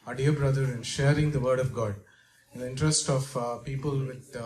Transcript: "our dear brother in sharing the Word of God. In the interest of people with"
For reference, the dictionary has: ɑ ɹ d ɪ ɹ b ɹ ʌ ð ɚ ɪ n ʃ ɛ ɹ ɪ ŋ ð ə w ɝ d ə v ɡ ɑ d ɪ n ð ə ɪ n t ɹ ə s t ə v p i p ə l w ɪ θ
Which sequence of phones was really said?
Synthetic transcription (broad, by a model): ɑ d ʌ ɹ b ɹ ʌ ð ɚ ɪ n ʃ ɛ ɹ ɪ ŋ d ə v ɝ d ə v ɡ ɑ d ɪ n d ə ɪ n t ɹ ə s t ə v p i p ə l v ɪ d